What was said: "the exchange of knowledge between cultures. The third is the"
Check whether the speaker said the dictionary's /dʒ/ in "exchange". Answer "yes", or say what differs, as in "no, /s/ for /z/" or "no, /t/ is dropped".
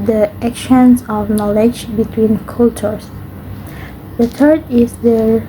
no, /z/ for /dʒ/